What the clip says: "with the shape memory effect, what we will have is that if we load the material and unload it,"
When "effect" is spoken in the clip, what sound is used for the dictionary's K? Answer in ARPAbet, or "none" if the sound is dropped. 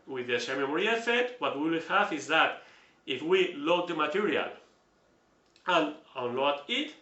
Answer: none